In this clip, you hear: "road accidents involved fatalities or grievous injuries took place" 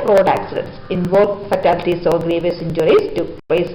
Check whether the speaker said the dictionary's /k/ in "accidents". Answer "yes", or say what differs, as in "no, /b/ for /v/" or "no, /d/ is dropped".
yes